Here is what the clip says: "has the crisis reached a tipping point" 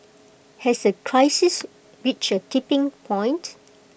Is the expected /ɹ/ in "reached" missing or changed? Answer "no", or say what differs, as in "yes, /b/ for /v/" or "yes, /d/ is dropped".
yes, /w/ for /ɹ/